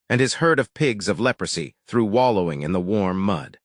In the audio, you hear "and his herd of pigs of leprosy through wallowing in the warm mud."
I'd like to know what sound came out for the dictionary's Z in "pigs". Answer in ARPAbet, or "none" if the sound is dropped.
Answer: Z